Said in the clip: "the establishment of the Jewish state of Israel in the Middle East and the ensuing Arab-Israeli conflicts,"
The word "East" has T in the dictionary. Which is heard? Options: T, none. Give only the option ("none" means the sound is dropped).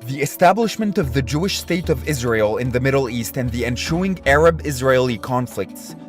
T